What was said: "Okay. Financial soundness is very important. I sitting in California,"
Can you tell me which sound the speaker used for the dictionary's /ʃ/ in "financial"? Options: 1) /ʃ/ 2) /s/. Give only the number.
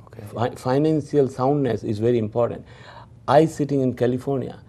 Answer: 2